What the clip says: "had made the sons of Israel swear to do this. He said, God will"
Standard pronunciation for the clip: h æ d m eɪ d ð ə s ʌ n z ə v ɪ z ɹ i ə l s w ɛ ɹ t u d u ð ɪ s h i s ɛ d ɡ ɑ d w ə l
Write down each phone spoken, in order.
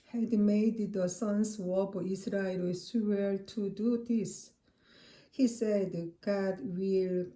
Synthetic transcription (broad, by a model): h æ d m eɪ d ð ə s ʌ n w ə b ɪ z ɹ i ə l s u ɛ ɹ t u d u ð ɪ s h i s ɛ d ɡ ɑ d w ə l